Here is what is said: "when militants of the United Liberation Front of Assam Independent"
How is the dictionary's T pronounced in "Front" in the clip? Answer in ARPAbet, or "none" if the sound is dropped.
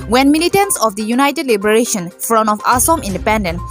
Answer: none